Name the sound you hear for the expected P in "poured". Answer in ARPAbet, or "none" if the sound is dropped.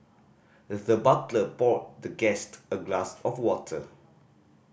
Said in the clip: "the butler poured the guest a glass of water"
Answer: B